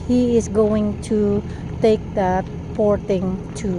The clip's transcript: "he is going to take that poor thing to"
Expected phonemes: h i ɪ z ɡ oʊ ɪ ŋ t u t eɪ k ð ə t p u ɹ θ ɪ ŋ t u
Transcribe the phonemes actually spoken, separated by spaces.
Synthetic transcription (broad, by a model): h i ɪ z ɡ oʊ ɪ ŋ t u t eɪ k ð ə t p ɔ ɹ t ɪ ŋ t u